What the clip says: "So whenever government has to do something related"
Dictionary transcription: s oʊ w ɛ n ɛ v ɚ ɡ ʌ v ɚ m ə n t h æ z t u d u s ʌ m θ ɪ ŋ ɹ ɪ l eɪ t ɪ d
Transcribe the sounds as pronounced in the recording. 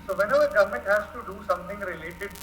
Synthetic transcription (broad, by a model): s oʊ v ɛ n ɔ ɚ ɡ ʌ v m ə n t h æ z t u d u s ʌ m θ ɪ ŋ ɹ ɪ l eɪ t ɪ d